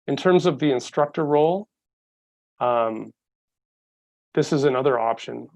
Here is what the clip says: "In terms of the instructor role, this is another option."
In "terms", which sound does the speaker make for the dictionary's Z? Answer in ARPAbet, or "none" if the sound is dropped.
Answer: Z